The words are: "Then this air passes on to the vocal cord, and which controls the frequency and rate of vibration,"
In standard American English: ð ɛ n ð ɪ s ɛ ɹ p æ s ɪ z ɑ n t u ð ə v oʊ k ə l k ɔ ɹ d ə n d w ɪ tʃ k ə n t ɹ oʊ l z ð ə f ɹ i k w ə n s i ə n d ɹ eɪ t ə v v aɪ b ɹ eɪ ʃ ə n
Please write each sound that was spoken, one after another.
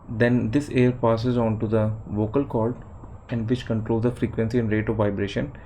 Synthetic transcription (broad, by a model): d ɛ n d ɪ s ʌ ɹ p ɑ s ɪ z ɑ n t u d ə v oʊ k ə l k ɔ l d ə n d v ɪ tʃ k ə n t ɹ oʊ l z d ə f ɹ i k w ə n s i ə n d ɹ eɪ t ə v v aɪ b ɹ eɪ ʃ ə n